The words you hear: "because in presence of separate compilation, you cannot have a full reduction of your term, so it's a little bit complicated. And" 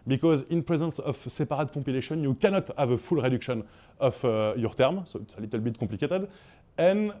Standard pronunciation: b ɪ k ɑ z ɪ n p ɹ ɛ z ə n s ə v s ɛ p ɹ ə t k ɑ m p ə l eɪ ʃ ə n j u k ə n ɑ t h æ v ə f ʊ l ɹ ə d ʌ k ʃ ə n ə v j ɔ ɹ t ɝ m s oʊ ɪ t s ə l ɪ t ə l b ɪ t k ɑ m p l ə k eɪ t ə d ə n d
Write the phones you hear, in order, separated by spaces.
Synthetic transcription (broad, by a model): b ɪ k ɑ z ɪ n p ɹ ɛ z ə n s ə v s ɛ p ɹ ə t k ɑ p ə l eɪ ʃ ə n j u k ə n ɑ t h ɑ v ə f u l ɹ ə d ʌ k ʃ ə n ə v j ɔ ɹ t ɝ m s oʊ ɪ t s ə l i t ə l b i t k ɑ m p l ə k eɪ t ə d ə n